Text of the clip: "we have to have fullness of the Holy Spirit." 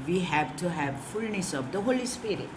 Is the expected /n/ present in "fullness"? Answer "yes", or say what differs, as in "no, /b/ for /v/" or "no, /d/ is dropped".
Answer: yes